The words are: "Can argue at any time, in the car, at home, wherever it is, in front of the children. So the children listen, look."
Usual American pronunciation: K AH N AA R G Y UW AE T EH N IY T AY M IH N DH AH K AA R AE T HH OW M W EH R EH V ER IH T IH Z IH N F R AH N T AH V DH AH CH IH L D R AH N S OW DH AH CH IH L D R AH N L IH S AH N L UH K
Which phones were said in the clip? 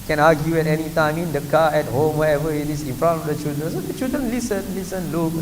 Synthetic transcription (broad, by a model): K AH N AA G Y UW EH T EH N IY T AY M IH N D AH K AA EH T HH OW M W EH EH V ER IH T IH S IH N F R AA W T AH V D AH CH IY L D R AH N S OW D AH CH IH L D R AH N L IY S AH N L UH K